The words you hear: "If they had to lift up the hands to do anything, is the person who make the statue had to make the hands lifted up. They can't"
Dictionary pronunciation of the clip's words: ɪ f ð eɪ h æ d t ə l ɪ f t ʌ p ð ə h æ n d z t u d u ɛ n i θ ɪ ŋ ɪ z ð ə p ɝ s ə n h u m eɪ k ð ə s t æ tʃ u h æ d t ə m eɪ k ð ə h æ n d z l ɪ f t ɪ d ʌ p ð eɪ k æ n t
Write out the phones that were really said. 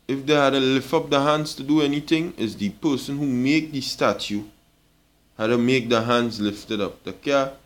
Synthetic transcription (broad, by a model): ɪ f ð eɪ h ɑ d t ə l ɪ f t ʌ p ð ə h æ n d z t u d u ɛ n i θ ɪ ŋ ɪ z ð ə p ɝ s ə n h u m eɪ k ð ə s t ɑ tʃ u h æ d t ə m eɪ k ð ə h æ n d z l ɪ f t ɪ d ʌ p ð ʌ k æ